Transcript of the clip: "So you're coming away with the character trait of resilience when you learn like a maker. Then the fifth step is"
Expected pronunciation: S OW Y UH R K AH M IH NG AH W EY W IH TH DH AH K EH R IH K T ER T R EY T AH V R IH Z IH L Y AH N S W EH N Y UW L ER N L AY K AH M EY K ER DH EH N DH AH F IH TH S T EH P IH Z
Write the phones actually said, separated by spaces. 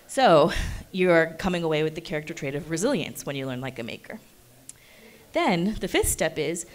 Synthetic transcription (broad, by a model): S OW Y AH R K AH M IH NG AH W EY W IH DH AH K EH R IH K T ER T R EY T AH V R IH Z IH L Y AH N S W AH N Y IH L ER N L AY K AH M EY K ER DH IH N DH AH F IH TH S T EH P IH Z